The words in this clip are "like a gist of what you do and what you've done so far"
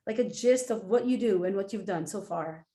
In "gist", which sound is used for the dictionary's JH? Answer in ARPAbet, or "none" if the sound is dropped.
JH